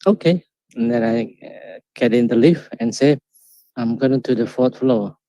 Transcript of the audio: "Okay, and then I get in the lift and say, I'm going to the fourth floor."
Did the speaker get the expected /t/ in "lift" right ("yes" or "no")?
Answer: no